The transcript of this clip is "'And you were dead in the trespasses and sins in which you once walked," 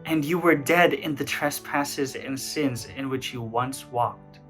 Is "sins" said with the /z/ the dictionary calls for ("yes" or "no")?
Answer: yes